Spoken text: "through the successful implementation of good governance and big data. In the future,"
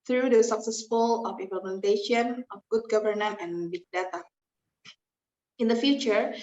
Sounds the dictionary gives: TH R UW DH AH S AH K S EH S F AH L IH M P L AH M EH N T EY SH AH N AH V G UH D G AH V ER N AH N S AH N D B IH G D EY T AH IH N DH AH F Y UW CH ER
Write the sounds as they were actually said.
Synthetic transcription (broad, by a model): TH R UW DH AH S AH K S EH S F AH L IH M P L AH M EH N T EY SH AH N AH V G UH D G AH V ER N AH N AH N B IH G D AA T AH IH N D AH F Y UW CH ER